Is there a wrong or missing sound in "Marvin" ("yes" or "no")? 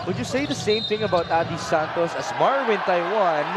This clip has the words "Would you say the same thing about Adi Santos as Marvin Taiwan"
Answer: yes